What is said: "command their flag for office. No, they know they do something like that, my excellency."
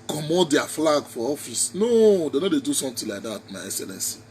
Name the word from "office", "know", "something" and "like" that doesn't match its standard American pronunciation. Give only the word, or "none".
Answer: something